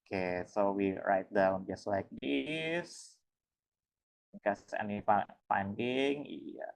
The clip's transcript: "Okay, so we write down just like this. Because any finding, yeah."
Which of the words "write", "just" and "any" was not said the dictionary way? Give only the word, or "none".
any